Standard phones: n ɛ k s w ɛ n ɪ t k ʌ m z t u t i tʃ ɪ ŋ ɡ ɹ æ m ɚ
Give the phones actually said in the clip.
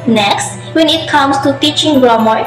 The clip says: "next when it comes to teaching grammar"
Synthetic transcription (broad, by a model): n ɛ k s w ɛ n ɪ t k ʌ m s t u t i tʃ ɪ ŋ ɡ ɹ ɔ m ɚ